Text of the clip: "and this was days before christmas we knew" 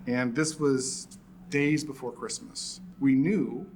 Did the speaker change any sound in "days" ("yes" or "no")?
no